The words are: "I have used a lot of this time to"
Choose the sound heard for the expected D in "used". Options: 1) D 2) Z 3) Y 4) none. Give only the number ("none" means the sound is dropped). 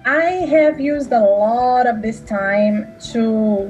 1